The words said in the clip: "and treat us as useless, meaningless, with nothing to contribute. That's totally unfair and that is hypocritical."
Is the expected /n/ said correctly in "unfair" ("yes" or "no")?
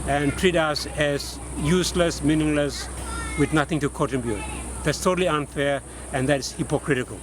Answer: yes